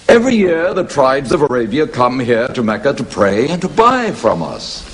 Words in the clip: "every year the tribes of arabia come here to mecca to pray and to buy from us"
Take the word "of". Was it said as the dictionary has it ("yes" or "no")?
yes